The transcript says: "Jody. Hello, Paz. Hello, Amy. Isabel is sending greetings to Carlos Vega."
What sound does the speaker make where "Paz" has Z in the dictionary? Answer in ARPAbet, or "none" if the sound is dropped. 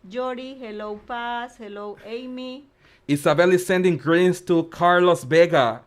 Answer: S